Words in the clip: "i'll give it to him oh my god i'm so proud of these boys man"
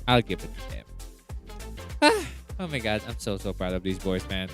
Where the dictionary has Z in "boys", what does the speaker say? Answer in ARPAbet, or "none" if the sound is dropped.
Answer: Z